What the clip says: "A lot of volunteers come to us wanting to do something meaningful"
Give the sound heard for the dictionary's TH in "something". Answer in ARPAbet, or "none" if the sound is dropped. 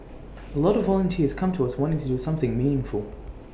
TH